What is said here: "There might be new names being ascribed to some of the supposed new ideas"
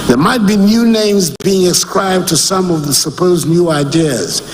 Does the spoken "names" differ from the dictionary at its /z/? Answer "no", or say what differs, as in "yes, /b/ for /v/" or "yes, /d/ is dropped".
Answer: no